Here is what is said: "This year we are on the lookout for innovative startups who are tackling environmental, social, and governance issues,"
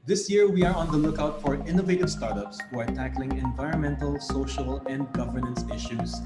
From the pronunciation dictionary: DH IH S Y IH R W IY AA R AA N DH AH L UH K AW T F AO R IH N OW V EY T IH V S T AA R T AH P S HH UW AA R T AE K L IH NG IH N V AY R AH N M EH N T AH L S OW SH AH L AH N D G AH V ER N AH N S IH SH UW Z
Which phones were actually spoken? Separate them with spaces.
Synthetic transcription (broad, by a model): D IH S Y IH R W IY AA R AA N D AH L UH K AW T F AO R IH N OW V EY T IH V S T AA R T AH P S HH UW AA R T AE K L IH NG IH N V AY R AH N M EH N T AH L S OW SH AH L AH N D G AH V ER N AH N S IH SH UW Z